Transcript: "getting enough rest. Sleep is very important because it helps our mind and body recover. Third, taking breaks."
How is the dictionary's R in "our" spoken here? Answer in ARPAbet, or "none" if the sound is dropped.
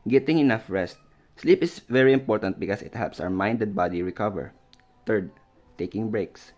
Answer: W